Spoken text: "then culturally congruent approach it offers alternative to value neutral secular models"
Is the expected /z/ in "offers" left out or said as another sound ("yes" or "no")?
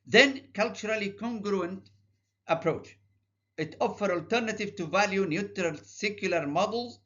yes